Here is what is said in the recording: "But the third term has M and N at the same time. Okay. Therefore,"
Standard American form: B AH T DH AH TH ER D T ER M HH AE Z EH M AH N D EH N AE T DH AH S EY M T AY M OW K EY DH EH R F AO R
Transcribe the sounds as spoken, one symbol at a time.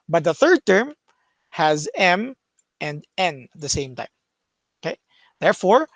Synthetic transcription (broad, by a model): B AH T DH AH TH ER D T ER M HH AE Z EH M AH N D EH N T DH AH S EY M T AY M OW K EY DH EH R F AO R